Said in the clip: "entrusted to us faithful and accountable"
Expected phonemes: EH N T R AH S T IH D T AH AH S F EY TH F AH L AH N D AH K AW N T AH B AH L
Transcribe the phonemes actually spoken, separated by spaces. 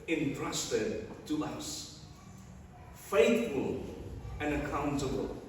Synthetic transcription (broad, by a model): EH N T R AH S T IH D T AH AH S F EY TH F AH L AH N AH K AW N T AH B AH L